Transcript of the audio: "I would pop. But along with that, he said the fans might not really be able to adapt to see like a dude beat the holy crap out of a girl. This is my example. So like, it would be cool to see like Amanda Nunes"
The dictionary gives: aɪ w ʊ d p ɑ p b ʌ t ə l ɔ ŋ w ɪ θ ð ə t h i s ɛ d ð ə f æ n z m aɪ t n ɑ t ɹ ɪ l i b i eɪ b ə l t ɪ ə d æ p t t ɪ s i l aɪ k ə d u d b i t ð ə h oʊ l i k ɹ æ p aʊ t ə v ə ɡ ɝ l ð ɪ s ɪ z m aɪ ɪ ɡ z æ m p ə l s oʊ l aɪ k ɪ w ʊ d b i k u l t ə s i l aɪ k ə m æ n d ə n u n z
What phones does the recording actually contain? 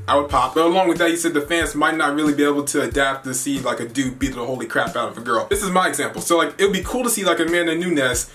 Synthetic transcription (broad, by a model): aɪ w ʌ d p ɑ p b ʌ t ə l ɔ ŋ w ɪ ð ə t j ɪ s ɛ d ð ə f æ n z m aɪ t n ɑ t ɹ ɪ l i b i eɪ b l t ɪ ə d æ p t t ɪ s i l aɪ k ə d u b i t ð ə h oʊ l i k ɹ æ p aʊ t ə v ə ɡ ɝ l ð ɪ s ɪ z m aɪ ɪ ɡ z æ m p l s oʊ l aɪ k ɪ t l b i k u l t ə s i l aɪ k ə m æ n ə n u n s